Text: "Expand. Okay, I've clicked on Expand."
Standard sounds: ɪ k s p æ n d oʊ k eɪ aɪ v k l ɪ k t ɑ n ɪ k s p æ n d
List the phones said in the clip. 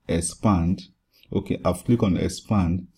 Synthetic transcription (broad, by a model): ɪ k s p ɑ n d oʊ k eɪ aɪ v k l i k ɑ n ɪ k s p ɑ n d